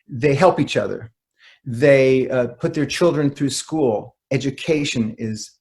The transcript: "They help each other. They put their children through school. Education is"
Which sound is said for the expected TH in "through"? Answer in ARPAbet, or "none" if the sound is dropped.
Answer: TH